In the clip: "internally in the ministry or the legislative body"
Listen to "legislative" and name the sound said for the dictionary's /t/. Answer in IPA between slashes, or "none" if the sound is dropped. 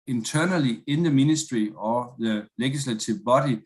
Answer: /s/